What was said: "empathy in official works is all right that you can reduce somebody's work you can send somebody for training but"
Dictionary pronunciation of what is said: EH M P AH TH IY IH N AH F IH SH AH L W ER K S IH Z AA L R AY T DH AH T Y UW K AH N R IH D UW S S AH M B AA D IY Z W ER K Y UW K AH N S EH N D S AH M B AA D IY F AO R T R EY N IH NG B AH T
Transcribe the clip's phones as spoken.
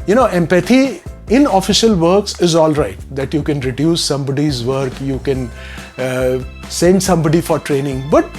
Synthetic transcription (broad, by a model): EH M P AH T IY IH N AH F IH SH AH L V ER K S IH Z AA L R AY T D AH T Y UW K AH N R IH D UW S S AH M B AA D IY Z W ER K Y UW K AH N S EH N D S AH M B AA D IY F AO R T R EY N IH NG B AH T